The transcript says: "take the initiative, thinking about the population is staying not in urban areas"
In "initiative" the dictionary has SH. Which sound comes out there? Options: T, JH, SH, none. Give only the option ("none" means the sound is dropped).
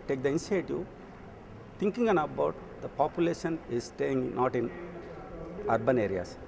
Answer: none